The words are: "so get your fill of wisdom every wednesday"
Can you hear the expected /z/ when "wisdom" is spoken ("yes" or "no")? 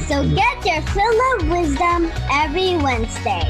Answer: yes